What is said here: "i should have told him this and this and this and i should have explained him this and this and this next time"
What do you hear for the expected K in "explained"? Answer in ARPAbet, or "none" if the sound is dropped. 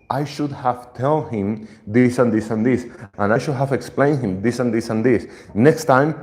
K